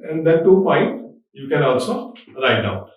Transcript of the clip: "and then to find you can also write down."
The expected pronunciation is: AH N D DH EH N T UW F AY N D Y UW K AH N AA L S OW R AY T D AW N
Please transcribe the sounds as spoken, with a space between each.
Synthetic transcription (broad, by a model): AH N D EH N T UW P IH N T Y UW K AH N AA L S OW R AY T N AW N